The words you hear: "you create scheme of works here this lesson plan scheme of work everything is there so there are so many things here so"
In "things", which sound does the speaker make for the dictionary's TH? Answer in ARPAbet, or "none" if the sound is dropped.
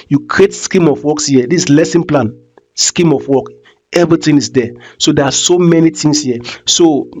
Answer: T